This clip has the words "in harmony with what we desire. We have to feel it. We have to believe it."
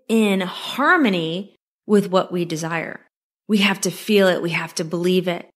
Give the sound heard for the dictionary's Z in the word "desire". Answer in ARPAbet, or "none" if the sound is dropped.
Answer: Z